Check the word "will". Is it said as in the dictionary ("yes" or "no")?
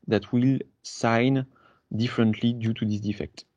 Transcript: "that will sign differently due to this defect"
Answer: yes